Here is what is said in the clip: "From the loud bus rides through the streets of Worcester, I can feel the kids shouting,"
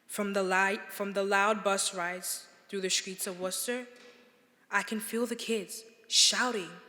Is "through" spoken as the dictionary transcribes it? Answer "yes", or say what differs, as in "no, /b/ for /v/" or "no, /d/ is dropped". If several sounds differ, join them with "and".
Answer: yes